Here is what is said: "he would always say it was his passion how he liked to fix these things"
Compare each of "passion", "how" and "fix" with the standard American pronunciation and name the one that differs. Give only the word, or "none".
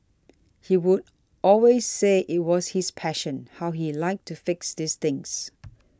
none